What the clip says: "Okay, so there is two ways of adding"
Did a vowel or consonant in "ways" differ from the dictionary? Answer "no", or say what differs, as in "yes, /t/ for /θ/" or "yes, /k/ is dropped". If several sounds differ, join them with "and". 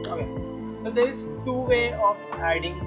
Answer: yes, /z/ is dropped